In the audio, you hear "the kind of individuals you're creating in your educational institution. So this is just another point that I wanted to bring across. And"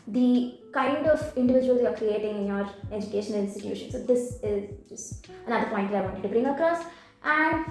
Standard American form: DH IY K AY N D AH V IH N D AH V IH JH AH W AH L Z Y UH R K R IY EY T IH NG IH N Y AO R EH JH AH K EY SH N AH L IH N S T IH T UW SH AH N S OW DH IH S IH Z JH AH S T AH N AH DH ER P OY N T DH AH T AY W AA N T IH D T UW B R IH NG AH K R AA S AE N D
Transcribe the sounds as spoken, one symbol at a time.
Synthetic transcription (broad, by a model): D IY K AY N D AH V IH N D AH V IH JH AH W AH L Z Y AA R K R IY EY T IH NG IH N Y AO R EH JH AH K EY SH AH N IH N S T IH T UW SH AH N S OW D IH S IH Z JH AH S T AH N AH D ER P OY N T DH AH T AY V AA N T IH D T UW B R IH NG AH K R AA S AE N D